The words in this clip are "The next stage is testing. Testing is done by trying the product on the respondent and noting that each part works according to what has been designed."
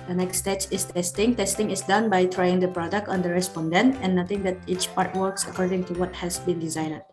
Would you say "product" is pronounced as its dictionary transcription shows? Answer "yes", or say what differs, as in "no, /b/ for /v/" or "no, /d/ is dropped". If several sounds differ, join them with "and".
yes